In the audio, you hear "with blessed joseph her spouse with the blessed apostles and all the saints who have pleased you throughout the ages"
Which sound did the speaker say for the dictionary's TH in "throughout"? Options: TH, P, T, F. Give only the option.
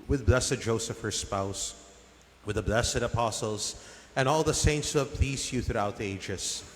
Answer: TH